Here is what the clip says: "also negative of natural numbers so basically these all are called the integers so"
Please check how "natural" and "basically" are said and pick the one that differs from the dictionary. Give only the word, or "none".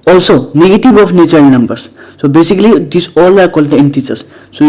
natural